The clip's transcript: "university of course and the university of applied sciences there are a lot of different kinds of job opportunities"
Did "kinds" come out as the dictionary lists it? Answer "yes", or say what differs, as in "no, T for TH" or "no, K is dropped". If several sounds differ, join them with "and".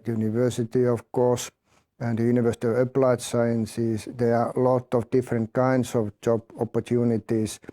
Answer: no, S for Z